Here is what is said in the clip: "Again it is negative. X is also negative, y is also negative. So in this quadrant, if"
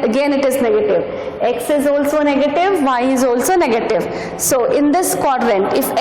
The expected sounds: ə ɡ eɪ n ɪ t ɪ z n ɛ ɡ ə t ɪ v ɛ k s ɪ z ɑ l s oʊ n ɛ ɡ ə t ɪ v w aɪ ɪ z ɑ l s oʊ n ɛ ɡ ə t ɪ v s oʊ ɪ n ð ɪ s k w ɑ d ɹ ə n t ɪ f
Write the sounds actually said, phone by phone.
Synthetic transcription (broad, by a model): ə ɡ eɪ n ɪ t ɪ z n ɛ ɡ ə t ɪ v ɛ k s ɪ z ɑ l s oʊ n ɛ ɡ ə t ɪ v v aɪ ɪ z ɑ l s oʊ n ɛ ɡ ə t ɪ v s oʊ ɪ n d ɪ s k w ɑ d ɹ ə n t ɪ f